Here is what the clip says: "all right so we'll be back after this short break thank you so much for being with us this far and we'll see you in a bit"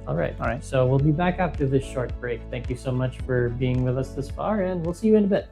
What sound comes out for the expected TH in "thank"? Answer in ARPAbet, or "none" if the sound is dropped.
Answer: TH